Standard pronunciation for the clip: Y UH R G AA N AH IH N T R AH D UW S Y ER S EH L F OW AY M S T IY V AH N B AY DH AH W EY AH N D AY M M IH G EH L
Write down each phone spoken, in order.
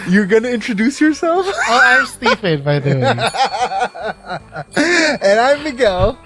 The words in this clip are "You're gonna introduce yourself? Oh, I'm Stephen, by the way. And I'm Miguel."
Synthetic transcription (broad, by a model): Y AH R G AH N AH IH N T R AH D UW S Y ER S EH L F OW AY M S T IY P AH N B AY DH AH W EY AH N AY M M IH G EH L